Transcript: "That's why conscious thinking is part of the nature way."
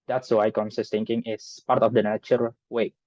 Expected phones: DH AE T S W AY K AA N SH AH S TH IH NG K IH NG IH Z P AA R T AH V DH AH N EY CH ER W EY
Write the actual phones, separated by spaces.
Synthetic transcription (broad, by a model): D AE T S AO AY K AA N S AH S T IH NG K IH NG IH S P AA R T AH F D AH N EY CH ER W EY